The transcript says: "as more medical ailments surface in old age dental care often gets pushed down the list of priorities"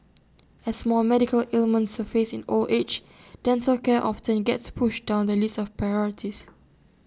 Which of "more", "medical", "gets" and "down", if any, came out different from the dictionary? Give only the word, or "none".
more